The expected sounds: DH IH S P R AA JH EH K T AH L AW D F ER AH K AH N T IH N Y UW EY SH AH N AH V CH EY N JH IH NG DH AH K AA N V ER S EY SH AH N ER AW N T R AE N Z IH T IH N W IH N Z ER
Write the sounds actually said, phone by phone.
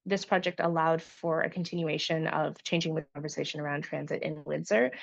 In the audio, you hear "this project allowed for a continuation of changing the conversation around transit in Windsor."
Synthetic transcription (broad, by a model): DH IH S P R AA JH EH K T AH L AW D F ER AH K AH N T IH N Y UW EY SH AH N AH V CH EY N JH IH NG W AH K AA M V ER S EY SH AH N ER AW N T R AE N Z IH T IH N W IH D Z ER